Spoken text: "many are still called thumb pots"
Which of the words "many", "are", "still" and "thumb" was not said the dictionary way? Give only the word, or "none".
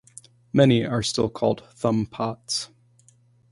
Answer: none